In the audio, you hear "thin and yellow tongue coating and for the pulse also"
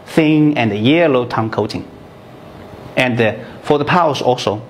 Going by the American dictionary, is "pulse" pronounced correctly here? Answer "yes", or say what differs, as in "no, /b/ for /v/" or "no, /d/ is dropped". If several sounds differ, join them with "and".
no, /l/ is dropped